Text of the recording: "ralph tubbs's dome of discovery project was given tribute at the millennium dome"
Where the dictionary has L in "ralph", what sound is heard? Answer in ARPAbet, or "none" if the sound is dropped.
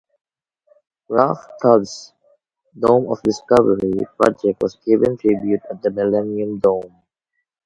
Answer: none